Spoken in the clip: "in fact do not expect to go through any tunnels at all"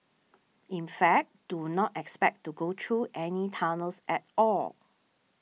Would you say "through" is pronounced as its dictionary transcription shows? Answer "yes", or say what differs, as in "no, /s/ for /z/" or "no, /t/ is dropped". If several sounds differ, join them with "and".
no, /t/ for /θ/